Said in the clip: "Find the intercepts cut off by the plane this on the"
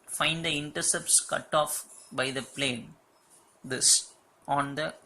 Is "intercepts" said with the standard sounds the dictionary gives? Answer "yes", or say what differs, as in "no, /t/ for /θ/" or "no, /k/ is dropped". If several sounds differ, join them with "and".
yes